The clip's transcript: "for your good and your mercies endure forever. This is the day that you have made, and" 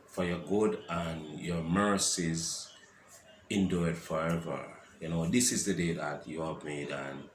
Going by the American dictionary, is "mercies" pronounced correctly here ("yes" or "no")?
yes